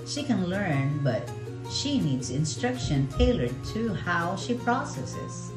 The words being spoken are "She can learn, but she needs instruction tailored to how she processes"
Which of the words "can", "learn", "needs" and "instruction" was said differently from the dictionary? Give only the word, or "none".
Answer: none